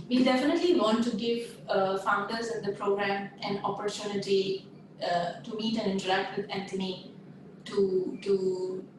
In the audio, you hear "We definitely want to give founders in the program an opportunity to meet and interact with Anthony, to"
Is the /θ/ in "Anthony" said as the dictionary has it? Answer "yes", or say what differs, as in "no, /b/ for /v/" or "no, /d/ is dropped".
no, /t/ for /θ/